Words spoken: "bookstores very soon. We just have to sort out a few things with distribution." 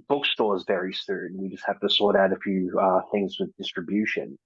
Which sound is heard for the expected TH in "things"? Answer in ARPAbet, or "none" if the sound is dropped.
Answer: TH